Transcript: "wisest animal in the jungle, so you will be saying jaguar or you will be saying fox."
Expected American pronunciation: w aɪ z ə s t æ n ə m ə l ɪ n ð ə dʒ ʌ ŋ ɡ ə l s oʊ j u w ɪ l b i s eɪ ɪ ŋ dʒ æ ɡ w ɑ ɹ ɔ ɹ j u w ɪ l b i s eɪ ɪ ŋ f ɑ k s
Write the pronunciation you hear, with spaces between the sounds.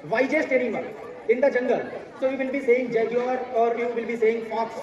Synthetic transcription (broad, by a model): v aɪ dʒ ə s t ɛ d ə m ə n ɪ n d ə dʒ ʌ ŋ ɡ ə l s oʊ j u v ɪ l b i s eɪ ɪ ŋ dʒ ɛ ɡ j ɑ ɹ ɔ ɹ j u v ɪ l b i s eɪ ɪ ŋ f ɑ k s